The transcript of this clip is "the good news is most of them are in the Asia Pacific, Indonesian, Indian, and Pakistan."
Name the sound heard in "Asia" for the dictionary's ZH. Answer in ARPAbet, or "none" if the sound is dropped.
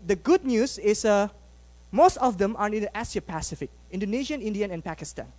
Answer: S